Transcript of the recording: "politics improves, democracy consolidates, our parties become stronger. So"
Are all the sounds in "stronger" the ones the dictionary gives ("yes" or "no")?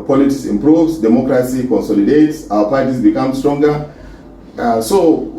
yes